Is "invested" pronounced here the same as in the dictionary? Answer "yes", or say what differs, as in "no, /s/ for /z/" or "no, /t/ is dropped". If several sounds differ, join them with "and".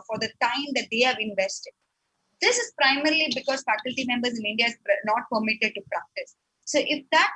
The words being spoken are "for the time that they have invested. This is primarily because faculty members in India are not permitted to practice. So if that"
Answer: yes